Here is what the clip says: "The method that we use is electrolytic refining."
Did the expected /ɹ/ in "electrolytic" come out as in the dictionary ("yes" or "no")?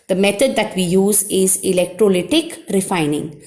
yes